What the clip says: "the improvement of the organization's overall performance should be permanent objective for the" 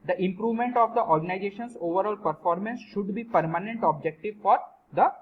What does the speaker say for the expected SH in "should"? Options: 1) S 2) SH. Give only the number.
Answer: 2